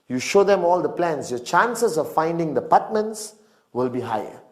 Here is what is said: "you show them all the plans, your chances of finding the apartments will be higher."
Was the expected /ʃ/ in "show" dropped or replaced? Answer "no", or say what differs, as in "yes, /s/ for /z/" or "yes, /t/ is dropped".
no